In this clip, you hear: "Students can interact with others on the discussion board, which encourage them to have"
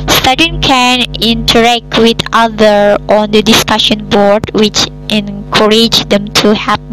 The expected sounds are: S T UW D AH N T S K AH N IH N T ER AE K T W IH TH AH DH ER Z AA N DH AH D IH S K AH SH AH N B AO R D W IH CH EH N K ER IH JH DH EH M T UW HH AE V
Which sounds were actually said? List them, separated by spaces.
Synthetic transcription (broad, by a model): S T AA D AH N K AH N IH N T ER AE K T W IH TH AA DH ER AA N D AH D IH S K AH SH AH N B AO R D W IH CH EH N K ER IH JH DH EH M T UW HH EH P